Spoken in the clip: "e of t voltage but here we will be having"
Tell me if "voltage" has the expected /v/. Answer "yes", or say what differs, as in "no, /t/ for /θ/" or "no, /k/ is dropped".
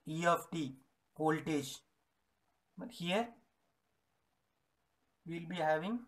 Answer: no, /p/ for /v/